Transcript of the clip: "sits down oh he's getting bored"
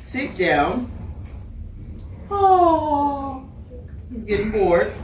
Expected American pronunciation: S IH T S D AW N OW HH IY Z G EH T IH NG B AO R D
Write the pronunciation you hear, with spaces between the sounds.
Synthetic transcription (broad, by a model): S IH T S D AW N OW HH IY Z G EH T IH NG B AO R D